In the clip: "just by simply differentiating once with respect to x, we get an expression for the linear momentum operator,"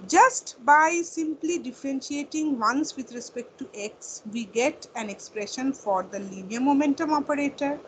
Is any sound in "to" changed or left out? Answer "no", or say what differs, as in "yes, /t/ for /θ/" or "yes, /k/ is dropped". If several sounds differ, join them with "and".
no